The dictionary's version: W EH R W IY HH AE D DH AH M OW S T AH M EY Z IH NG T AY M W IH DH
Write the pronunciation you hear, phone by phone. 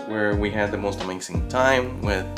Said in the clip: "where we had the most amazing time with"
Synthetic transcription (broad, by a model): W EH R W IY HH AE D DH AH M OW S T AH M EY S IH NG T AY M W IH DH